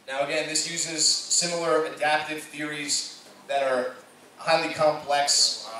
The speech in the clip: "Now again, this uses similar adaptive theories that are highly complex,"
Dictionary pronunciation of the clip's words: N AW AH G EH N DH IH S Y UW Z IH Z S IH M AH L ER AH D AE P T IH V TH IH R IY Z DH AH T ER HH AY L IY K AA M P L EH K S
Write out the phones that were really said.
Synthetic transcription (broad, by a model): N AW AH G EH N DH IH S Y UW Z IH Z S IH M L ER AH D AE P T IH V TH IH R IY Z DH AH T ER HH AY L IY K AA M P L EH K S